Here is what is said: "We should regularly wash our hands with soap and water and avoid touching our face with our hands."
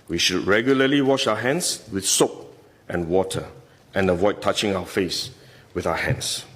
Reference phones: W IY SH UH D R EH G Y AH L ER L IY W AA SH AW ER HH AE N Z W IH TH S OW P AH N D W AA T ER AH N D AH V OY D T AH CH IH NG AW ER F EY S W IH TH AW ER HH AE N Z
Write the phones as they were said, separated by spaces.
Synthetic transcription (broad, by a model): W IY SH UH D R EH G Y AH L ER L IY W AA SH AW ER HH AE N S W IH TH S OW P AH N W AA T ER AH N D AH V OY D T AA CH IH NG AW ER F EY S W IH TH AW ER HH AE N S